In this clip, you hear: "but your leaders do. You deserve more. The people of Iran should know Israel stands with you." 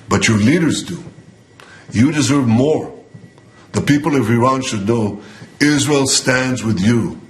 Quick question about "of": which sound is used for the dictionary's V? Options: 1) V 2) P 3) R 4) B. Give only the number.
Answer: 1